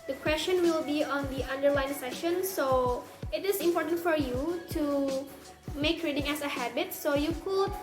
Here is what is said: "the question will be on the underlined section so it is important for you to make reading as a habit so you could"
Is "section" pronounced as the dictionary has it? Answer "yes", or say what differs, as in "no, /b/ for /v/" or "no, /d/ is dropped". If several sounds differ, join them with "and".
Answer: no, /k/ is dropped